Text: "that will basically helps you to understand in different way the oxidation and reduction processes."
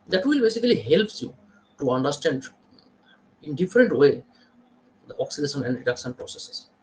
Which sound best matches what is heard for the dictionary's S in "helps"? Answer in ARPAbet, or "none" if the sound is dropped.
none